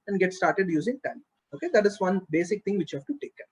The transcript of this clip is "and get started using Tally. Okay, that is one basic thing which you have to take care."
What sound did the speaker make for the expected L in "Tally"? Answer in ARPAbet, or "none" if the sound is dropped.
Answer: none